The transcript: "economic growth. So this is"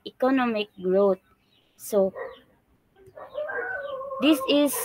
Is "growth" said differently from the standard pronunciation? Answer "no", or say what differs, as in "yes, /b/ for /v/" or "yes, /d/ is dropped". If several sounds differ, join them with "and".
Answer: yes, /t/ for /θ/